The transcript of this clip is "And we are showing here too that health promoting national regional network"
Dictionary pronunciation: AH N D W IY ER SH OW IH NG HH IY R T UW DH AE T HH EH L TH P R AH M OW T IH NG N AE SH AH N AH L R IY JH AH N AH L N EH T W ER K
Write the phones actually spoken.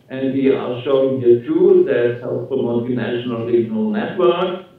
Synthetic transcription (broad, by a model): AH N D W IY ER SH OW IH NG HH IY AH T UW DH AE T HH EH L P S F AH M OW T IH N AE SH AH N AH L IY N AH AH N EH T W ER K